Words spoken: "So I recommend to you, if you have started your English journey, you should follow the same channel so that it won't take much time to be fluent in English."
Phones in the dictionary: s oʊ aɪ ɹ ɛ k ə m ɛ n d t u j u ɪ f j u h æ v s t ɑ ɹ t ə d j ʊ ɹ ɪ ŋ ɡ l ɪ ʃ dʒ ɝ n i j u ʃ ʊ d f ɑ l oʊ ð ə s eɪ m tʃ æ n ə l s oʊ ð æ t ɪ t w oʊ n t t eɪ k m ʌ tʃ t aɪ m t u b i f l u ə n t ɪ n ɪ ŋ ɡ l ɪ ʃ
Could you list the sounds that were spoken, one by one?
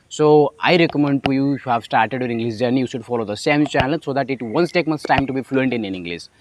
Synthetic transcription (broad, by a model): s oʊ aɪ ɹ ɛ k ə m ɛ n d t u j u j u h æ v s t ɑ ɹ t ə d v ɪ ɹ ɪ ŋ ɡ l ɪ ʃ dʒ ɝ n j u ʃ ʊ d f ɑ l oʊ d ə s eɪ m tʃ æ n ə l s oʊ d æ t ɪ t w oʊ n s t eɪ k m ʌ s t aɪ m t u b i f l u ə n t ɪ n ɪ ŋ ɡ l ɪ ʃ